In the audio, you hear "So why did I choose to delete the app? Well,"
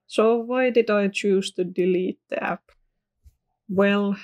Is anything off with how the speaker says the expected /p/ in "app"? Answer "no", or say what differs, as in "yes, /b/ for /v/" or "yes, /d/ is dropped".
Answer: no